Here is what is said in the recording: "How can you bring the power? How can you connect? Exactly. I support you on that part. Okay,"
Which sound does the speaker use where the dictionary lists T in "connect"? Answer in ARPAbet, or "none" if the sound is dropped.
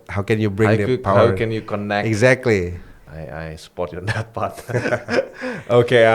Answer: none